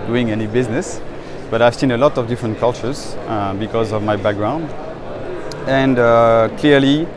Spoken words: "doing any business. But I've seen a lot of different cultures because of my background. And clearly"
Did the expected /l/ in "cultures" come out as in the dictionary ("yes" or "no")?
yes